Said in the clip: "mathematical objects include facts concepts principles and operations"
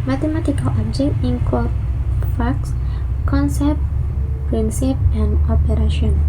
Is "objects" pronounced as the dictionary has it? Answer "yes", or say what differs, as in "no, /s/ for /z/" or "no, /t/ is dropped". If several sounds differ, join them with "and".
no, /s/ is dropped